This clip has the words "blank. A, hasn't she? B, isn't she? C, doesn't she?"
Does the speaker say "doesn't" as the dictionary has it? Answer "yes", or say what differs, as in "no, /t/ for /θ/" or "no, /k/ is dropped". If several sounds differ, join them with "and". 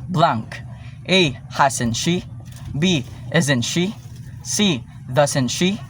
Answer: no, /s/ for /z/